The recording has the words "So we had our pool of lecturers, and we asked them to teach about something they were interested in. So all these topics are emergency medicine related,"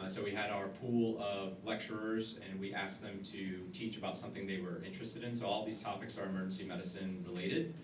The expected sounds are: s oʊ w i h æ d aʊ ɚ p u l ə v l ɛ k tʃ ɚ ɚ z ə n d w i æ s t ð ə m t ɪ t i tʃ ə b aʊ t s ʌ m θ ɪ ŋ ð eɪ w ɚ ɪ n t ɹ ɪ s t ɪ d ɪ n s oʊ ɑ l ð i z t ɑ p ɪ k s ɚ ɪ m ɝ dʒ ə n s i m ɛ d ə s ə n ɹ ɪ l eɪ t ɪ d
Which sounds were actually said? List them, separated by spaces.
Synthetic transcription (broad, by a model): s oʊ w i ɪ d aʊ ɚ p u l ə v l ɛ k tʃ ɚ ɚ z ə n w i æ s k ð ə m t ɪ t i tʃ ə b aʊ t s ʌ m θ ɪ ŋ ð eɪ w ɚ ɪ n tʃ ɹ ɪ s t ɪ d ɪ n s oʊ ɑ l ð i z t ɑ p ɪ k s ɚ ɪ m ɝ dʒ n s i m ɛ d ə s ə n ɹ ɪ l eɪ t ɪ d